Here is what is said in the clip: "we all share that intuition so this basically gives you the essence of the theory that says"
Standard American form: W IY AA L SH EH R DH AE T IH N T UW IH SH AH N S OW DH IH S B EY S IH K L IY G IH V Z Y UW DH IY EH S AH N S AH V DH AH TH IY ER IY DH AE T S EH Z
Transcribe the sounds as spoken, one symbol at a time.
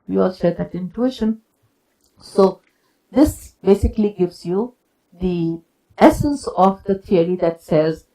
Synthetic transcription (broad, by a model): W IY AA L SH EH R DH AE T IH N T UW IH SH AH N S OW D IH S B EY S IH K L IY G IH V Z Y UW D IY EH S AH N S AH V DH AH T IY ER IY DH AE T S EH Z